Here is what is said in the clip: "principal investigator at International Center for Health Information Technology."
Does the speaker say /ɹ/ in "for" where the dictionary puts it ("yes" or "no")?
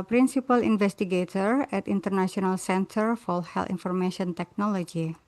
no